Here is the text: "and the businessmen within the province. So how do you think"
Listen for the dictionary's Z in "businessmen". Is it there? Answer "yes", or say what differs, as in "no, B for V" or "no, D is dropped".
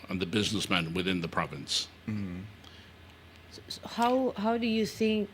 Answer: yes